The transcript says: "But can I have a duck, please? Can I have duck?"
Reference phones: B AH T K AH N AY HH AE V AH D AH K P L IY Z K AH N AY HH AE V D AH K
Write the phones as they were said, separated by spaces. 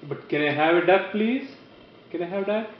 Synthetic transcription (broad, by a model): B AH T K AH N AY HH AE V AH D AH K P L IY Z K AH N AY HH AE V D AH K